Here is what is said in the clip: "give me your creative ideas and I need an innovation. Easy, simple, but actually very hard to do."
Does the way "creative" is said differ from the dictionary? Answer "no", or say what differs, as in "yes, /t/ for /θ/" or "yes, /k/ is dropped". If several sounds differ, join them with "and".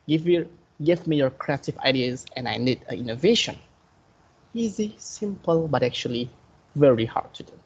no